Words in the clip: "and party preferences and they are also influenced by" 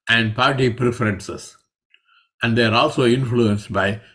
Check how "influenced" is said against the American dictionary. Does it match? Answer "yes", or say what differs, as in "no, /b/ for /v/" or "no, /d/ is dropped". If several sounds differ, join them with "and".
yes